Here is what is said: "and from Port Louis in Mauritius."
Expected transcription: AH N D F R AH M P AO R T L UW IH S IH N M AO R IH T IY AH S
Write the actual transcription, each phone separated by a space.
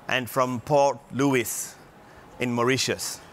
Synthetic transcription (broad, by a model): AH N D F R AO M P AO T L UW IH S IH N M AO R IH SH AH S